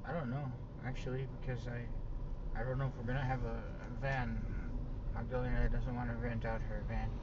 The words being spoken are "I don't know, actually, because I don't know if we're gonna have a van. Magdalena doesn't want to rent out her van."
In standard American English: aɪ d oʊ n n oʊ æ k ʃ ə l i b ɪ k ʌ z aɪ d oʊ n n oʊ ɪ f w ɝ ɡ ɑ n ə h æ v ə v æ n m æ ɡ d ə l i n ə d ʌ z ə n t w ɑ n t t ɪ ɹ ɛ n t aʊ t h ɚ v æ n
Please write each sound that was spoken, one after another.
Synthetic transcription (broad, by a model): aɪ d oʊ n n oʊ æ k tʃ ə l i b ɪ k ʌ z aɪ d oʊ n n oʊ ɪ f w ɝ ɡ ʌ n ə v ə v æ n m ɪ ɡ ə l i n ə d ʌ z ə n t w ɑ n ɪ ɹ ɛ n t aʊ t h ɚ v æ n